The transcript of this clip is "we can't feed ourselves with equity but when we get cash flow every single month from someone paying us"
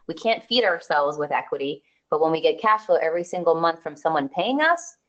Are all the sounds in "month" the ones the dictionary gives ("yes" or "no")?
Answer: yes